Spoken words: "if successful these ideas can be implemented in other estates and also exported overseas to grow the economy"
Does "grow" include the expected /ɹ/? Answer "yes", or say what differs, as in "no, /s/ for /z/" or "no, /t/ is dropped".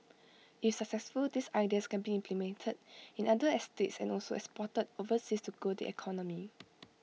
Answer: no, /ɹ/ is dropped